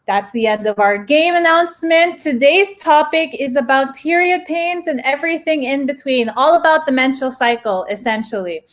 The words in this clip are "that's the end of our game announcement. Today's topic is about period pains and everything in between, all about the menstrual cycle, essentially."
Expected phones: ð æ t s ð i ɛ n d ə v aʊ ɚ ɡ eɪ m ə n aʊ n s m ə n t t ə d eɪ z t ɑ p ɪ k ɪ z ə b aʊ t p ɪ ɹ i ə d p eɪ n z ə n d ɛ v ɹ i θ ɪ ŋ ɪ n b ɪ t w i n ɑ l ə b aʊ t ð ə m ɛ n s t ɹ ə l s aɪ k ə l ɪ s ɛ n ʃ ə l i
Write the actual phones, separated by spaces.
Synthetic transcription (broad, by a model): ð æ t s ð i ɛ n d ə v aʊ ɚ ɡ eɪ m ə n aʊ n s m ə n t t ə d eɪ z t ɑ p ɪ k ɪ z ə b aʊ t p ɪ ɹ i ə d p eɪ n z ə n ɛ v ɹ i θ ɪ ŋ ɪ n b ɪ t w i n ɑ l ə b aʊ t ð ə m ɛ n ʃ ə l s aɪ k l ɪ s ɛ n ʃ l i